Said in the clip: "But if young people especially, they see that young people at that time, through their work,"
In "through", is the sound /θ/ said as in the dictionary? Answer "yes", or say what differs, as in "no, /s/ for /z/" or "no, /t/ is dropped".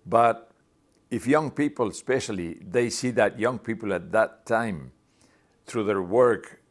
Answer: yes